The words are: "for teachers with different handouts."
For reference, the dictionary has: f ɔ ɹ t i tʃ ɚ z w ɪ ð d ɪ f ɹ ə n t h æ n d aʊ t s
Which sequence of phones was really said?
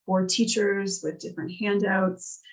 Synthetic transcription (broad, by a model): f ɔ ɹ t i tʃ ɚ z w ɪ ð d ɪ f ɹ ə n t h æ n d aʊ t s